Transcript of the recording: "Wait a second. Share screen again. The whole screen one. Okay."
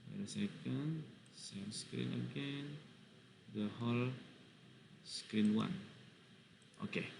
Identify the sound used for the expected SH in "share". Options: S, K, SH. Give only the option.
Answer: S